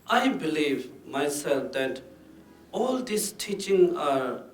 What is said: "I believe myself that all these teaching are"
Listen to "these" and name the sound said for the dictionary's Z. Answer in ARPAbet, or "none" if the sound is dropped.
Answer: S